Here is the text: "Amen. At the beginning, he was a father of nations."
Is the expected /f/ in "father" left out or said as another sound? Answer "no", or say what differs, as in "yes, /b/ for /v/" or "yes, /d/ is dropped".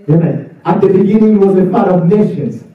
yes, /p/ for /f/